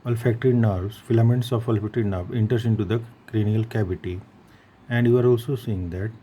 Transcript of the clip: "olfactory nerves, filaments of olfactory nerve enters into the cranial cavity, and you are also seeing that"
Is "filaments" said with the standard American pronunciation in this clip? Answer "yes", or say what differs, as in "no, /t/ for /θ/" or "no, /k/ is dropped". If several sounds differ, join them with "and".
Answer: yes